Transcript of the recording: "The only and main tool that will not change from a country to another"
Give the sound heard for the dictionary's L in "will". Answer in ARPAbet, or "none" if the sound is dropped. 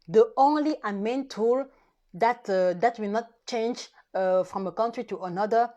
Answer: W